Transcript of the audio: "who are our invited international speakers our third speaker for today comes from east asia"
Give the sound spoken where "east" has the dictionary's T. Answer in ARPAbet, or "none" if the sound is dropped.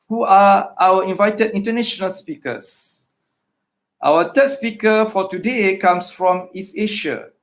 none